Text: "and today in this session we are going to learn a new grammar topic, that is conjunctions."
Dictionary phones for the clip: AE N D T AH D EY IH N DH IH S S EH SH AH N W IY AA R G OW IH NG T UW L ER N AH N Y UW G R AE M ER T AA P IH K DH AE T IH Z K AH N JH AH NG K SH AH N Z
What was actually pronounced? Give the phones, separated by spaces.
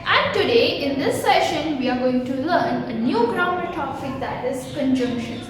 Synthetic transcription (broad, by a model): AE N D T AH D EY IH N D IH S S EH SH AH N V IY AA R G OW IH NG T UW L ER N AH N Y UW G R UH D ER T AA F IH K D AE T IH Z K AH N JH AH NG K SH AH N